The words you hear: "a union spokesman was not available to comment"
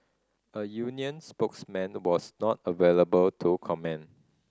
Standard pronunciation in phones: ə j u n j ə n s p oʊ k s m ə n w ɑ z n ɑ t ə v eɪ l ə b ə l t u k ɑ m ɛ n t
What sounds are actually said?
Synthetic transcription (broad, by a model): ə j u n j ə n s p oʊ k s m ə n w ɑ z n ɑ t ə v eɪ l ə b ə l t u k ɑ m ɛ n